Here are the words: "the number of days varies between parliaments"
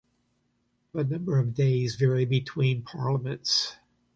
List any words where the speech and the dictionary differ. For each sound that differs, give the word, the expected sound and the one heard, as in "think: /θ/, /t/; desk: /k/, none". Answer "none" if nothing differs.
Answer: varies: /z/, none